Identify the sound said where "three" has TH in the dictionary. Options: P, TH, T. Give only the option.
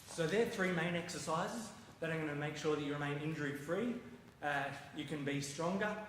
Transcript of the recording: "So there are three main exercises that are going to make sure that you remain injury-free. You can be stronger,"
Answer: TH